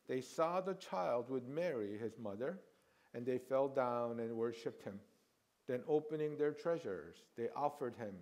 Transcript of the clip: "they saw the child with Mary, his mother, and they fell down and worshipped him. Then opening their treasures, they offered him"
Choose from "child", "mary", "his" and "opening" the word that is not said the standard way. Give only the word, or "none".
none